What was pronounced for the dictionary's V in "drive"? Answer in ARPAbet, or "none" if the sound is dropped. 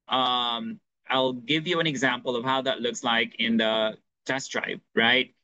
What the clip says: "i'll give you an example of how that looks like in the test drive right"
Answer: P